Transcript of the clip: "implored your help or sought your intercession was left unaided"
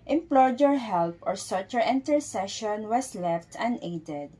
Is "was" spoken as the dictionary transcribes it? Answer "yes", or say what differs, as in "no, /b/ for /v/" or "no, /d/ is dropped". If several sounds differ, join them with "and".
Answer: no, /s/ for /z/